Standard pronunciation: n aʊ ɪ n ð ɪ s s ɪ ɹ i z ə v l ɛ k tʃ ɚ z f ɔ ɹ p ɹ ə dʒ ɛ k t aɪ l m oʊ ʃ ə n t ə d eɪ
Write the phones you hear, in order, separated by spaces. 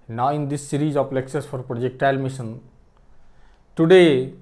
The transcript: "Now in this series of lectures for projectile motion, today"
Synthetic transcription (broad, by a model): n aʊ ɪ n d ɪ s s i ɹ i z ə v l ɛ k s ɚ s f ɔ ɹ p ɹ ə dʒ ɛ k t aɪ l m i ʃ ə n t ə d eɪ